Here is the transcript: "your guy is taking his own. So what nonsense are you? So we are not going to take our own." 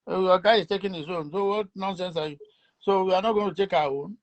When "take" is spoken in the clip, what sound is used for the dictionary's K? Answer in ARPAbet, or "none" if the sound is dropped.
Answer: K